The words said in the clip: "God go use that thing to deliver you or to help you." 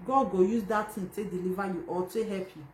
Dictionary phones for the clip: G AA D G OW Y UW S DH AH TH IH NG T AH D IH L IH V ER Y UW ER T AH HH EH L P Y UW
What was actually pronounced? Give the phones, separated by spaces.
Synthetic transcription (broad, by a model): G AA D G OW Y UW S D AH T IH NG T AH D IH L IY V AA Y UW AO T AH HH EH P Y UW